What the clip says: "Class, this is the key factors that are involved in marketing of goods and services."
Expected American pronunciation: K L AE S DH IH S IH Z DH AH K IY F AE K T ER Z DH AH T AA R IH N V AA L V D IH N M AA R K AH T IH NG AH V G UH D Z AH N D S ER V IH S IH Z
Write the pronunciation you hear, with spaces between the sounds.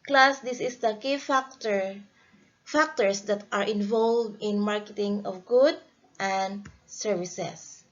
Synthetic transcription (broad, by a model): K L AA S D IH S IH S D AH K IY F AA K T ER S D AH T AA R IH N V AA L V D IH N M AA R K AH T IH NG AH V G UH D AH N D S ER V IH S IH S